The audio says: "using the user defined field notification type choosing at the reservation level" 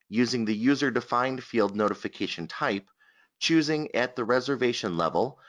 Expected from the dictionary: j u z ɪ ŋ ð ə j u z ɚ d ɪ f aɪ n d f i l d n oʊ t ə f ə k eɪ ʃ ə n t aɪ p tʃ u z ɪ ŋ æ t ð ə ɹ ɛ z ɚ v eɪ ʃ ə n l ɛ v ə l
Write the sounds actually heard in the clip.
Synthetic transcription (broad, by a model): j u z ɪ ŋ ð ə j u z ɚ d ɪ f aɪ n d f i l d n oʊ t ə f ə k eɪ ʃ ə n t aɪ p tʃ u z ɪ ŋ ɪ t ð ə ɹ ɛ z ɚ v eɪ ʃ ə n l ɛ v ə l